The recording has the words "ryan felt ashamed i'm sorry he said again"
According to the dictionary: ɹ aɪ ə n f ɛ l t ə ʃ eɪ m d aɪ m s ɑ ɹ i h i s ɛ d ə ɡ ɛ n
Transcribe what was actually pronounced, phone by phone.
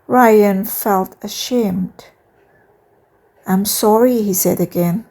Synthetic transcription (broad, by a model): ɹ aɪ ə n f ɛ l t ə ʃ eɪ m d aɪ m s ɑ ɹ i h i s ɛ d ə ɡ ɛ n